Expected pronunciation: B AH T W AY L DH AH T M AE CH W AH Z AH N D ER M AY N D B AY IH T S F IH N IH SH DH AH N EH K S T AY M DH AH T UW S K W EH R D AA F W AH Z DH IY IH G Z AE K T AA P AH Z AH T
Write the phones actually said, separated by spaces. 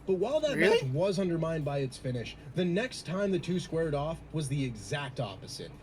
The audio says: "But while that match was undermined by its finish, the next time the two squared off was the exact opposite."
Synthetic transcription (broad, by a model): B AH T W AY L DH AH T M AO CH W AH Z AH N D ER M AY N D B AY IH T S F IH N IH SH DH AH N EH K S T AY M DH AH T UW S K W EH R D AA F W AH Z DH IY IH G Z AE K T AA P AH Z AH T